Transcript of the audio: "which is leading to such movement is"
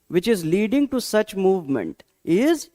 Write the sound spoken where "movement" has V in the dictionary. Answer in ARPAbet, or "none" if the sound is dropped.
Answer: V